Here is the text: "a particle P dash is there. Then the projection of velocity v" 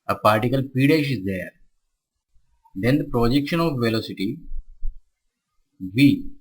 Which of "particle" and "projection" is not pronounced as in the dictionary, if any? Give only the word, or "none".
none